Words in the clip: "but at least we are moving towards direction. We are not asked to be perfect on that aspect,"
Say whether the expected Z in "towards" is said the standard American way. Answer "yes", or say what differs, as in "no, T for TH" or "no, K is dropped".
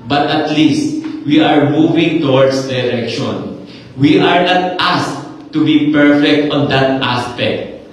no, S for Z